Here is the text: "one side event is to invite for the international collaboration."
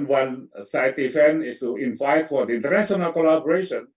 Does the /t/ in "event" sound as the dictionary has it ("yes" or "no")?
no